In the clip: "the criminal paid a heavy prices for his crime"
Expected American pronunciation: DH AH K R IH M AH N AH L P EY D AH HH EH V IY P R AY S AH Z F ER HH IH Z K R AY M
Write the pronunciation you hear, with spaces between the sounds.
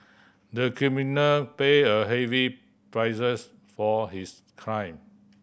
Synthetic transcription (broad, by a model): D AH K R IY M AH N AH L P EY AH HH EH V IY P R AY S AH S F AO HH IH S K R AY M